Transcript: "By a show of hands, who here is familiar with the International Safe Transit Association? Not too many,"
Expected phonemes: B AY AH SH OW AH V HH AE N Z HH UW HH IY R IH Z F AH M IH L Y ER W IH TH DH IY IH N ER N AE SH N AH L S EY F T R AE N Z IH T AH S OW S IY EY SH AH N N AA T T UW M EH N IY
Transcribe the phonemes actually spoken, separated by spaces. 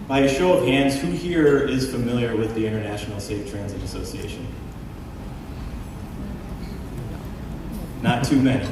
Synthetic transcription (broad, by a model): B AY AH SH OW AH V HH AE N Z HH UW HH IY R IH Z F AH M IH L Y ER W IH DH IY IH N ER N AE SH N L S EY F T R AE N Z IH T AH S OW S IY EY SH AH N N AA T T UW M EH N IY